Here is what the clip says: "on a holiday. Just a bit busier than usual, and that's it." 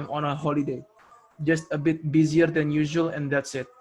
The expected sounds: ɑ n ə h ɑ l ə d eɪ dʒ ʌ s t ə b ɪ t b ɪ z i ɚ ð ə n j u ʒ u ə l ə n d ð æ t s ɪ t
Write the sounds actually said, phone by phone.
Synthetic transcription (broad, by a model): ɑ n ə h ɑ l ə d eɪ dʒ ʌ s t ə b ɪ t b ɪ z i ɚ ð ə n j u ʒ u ə l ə n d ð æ t s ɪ t